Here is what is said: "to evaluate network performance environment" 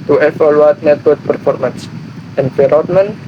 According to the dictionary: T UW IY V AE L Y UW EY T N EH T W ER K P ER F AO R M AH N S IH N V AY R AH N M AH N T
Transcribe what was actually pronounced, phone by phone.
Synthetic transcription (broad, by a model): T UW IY F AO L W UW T N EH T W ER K P ER F AO R M AH N S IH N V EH R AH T M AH N